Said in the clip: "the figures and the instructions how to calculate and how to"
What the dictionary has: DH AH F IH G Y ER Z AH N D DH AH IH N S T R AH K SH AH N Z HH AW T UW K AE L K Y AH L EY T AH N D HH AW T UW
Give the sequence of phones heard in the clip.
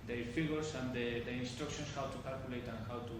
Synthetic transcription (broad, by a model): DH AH F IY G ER S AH N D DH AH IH N S T R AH K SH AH N S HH AW T UW K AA L K Y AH L EY T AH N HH AW T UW